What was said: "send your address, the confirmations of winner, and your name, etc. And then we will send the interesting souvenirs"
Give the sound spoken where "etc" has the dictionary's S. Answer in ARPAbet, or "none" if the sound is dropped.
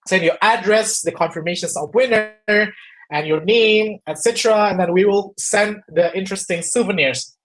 S